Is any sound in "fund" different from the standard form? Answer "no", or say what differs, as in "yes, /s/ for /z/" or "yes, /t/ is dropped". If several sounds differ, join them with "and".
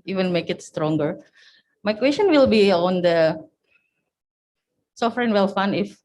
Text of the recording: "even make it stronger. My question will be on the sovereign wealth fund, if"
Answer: yes, /d/ is dropped